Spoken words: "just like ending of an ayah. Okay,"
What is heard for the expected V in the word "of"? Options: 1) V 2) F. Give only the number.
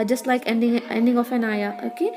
2